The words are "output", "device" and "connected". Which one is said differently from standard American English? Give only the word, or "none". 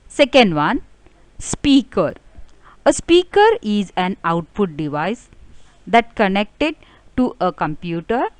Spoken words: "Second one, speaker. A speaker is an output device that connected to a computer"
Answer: output